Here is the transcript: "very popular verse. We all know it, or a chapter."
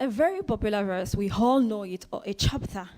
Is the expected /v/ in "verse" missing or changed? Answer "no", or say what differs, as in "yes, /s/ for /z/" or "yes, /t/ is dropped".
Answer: no